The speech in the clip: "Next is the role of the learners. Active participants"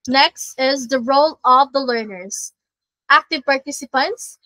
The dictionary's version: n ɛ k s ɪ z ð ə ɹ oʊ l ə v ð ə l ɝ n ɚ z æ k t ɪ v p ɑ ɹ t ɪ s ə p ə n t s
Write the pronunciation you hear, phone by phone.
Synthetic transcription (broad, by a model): n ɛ k s ɪ z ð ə ɹ oʊ l ə v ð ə l ɝ n ɚ z æ k t ɪ v p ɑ ɹ t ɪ s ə p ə n t s